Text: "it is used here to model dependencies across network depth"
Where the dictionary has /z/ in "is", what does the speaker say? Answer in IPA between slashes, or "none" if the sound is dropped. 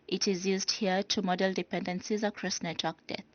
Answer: /z/